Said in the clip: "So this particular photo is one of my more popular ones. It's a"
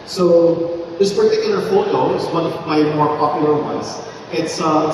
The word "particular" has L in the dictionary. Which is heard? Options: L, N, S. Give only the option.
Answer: N